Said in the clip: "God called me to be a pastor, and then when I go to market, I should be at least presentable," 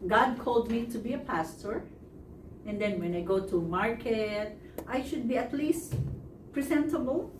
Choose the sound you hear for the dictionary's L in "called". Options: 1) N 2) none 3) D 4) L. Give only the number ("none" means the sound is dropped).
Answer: 4